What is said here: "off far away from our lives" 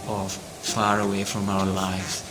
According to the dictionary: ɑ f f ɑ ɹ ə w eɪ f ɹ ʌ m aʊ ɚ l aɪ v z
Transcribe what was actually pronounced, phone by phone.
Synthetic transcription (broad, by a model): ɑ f f ɑ ɹ ə w eɪ f ɹ ʌ m aʊ ɚ l aɪ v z